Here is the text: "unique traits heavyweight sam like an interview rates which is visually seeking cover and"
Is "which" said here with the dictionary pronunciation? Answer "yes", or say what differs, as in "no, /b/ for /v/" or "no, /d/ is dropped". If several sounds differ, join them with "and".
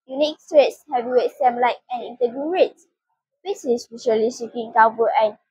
no, /s/ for /tʃ/